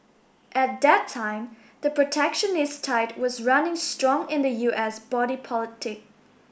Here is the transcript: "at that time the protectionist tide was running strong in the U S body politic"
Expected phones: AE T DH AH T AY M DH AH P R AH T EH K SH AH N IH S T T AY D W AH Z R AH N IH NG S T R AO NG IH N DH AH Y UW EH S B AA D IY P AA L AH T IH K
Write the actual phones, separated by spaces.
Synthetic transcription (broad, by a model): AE T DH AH T AY M DH AH P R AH T EH K SH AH N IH S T T AY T W AH Z R AH N IH NG S T R AO NG IH N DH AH Y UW EH S B AA D IY P AA L AH T IH K